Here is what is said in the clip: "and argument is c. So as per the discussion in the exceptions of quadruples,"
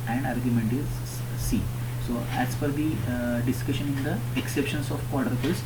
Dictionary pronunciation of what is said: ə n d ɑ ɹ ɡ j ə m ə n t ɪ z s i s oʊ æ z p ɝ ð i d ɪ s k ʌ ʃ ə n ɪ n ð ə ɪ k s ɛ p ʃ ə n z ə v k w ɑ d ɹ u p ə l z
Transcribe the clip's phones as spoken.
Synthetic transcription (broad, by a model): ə n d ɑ ɹ ɡ j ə m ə n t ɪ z s i s oʊ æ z f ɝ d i d ɪ s k ʌ ʃ ə n ɪ n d ə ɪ k s ɛ p ʃ ə n s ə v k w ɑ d ɹ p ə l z